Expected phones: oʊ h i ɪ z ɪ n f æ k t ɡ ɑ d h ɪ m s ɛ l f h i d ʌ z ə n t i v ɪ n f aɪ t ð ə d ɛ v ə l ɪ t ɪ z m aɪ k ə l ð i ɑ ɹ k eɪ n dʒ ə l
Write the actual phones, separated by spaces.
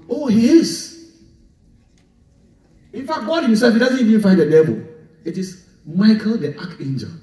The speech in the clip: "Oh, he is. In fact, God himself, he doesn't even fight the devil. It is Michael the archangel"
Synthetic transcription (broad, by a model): oʊ h i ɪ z ɪ n f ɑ k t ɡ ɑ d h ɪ s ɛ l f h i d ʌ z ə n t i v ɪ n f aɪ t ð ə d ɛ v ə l ɪ t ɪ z m aɪ k ə l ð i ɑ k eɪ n dʒ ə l